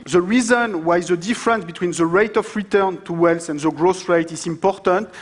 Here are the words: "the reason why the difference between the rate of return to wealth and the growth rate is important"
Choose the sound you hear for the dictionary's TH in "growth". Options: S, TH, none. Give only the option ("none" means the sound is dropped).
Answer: S